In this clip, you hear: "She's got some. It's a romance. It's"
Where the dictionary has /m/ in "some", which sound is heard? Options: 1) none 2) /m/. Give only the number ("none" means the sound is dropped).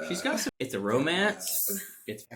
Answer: 1